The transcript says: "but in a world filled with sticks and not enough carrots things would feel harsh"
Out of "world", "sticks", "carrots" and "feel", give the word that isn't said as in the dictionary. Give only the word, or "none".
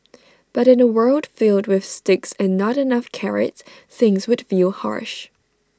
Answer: carrots